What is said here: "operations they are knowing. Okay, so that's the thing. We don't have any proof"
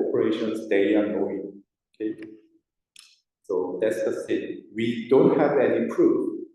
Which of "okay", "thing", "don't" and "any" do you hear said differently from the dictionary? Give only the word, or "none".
thing